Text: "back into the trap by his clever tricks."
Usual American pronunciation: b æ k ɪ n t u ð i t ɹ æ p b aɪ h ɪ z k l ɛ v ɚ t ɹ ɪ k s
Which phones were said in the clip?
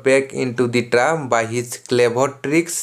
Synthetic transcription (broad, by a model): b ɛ k ɪ n t u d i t ɹ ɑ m b aɪ h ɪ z k l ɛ b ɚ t ɹ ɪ k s